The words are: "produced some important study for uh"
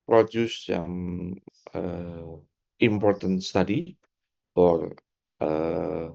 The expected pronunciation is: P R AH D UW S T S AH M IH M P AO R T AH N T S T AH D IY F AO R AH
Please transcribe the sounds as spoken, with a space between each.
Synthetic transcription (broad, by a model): P R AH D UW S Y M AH IH M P AO R T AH N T S T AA D IY F AO R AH